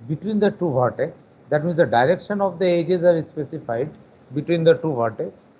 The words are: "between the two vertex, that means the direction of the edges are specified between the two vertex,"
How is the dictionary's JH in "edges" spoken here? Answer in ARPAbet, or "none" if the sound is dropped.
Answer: JH